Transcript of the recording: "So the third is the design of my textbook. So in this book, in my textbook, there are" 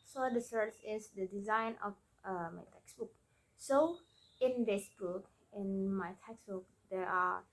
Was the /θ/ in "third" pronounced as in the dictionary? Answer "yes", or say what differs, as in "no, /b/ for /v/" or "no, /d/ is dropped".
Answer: no, /s/ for /θ/